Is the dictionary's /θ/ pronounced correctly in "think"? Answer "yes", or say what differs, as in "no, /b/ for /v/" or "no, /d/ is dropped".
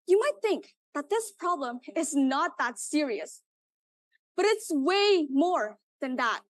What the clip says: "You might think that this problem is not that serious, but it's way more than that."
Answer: yes